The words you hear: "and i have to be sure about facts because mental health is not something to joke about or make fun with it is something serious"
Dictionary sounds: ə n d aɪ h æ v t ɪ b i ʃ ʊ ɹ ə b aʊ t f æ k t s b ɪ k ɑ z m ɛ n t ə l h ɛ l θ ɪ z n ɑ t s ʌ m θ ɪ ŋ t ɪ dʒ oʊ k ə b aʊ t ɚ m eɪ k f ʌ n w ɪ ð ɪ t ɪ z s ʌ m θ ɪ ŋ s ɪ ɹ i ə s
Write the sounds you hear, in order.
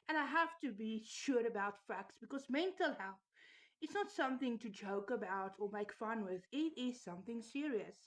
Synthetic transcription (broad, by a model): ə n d aɪ h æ f t ɪ b i ʃ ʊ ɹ ə b aʊ t f æ k t s b ɪ k ɑ z m ɛ n t ə l h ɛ l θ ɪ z n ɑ t s ʌ m θ ɪ ŋ t ɪ dʒ oʊ k ə b aʊ t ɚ m eɪ k f ʌ n w ɪ ð ɪ t ɪ z s ʌ m θ ɪ ŋ s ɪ ɹ i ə s